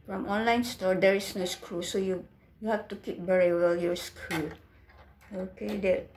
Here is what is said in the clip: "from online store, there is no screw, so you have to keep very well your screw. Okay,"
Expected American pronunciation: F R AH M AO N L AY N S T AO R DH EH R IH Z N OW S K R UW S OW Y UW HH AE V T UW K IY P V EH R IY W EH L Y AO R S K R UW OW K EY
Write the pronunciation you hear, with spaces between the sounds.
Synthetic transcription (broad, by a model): F R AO M AO N L AY N S T AO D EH R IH S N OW S K R UW S OW Y UW HH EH F T UW K IY P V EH R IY W EH L Y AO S K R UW OW K EY